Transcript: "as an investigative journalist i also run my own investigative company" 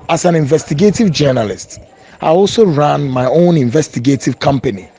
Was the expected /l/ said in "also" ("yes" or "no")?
yes